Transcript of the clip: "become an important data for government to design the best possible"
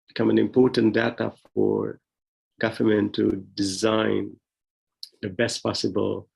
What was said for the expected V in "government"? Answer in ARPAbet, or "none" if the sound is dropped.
F